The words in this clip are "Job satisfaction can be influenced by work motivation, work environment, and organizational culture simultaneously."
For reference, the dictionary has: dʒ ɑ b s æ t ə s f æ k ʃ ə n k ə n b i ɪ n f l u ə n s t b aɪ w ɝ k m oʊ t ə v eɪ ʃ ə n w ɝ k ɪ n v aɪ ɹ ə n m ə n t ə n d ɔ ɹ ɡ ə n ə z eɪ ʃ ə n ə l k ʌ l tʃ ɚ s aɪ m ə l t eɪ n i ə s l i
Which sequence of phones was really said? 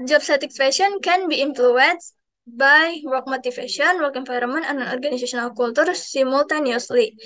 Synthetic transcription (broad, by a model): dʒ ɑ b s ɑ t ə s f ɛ ʃ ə n k ə n b i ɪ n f l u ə n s b aɪ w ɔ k m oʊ t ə f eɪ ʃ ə n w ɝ k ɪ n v aɪ ɹ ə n m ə n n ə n ɔ ɹ ɡ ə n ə s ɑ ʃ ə n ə l k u l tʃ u s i m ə l t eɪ n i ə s l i